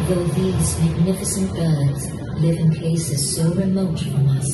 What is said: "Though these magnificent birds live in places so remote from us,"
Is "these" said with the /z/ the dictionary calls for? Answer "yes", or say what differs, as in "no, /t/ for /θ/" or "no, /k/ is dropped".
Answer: yes